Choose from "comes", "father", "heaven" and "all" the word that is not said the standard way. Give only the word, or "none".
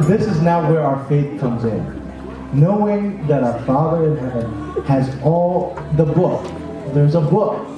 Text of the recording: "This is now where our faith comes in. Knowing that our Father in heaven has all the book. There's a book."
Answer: none